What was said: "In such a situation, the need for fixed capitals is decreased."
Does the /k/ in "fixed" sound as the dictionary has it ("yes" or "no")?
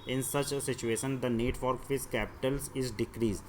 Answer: no